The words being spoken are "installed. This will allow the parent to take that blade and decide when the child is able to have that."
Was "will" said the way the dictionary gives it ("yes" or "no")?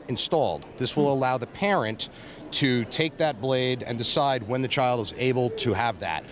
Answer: yes